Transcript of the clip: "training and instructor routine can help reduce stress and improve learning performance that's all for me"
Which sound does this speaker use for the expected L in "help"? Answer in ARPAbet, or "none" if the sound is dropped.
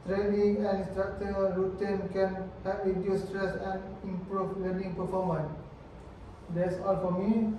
none